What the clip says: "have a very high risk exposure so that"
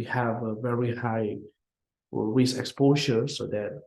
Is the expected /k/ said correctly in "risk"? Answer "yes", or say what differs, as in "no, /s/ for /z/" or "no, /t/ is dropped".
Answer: no, /k/ is dropped